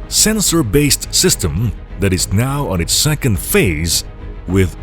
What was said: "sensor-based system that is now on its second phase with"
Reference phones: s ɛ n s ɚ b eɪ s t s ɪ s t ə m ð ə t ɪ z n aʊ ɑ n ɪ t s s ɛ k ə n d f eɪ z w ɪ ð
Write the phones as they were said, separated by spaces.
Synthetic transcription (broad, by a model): s ɛ n s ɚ b eɪ s t s ɪ s t ə m ð ə t ɪ z n aʊ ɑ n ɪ t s s ɛ k ə n d f eɪ z w ɪ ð